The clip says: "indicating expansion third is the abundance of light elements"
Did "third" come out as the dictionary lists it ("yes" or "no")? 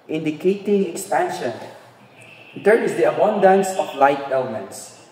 no